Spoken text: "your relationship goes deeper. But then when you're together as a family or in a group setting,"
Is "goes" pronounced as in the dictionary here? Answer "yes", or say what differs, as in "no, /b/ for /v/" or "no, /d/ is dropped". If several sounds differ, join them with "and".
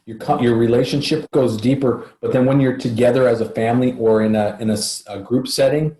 yes